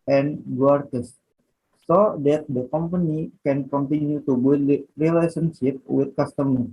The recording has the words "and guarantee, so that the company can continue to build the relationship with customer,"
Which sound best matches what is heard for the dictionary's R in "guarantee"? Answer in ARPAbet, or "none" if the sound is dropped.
none